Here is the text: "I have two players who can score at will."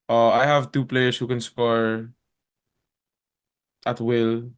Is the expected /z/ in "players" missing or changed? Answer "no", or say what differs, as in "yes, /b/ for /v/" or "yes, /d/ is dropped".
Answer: yes, /s/ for /z/